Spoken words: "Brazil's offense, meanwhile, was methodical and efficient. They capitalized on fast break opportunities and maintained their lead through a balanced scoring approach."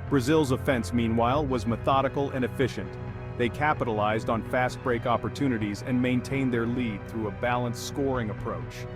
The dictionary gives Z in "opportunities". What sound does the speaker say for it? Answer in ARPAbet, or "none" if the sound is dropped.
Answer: Z